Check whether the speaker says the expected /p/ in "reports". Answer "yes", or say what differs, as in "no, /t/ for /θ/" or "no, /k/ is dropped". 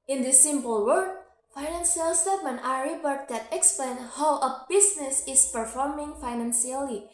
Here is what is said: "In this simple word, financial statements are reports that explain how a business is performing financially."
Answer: no, /b/ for /p/